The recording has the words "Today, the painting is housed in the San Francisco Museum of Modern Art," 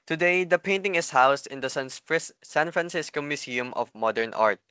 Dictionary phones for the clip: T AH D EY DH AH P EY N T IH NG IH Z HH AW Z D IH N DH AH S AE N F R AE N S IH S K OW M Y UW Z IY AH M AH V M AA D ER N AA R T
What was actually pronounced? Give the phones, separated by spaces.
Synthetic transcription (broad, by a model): T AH D EY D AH P EY N T IH NG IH S HH AW S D IH N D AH S AE N F R AE N S IH S K OW M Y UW S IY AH M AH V M AA D ER N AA R T